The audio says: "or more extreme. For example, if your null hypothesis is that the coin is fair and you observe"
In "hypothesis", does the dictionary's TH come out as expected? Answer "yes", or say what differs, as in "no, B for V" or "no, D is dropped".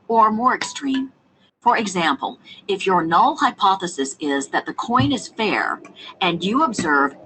yes